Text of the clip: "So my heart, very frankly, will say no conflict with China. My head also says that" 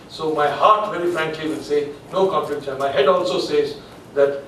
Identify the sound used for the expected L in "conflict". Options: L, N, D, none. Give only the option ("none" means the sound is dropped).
none